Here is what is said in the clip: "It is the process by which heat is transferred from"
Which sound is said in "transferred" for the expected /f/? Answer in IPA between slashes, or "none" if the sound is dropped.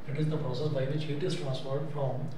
/p/